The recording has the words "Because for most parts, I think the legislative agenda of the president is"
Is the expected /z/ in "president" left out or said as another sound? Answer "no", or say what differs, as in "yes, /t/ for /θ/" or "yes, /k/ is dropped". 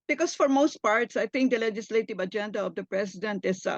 yes, /s/ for /z/